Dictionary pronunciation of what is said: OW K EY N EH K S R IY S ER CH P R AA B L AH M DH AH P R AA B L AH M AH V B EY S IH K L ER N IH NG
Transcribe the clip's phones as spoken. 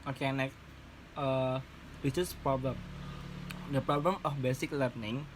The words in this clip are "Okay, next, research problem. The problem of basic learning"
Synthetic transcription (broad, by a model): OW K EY N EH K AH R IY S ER S P R AA B L AH M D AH P R AA B L AH M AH F B EY S IH K L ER N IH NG